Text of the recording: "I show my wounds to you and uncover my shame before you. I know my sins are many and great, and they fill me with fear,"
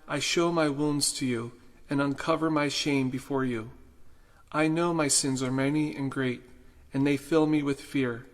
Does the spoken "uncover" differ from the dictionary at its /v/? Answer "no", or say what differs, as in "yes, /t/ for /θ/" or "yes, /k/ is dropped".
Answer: no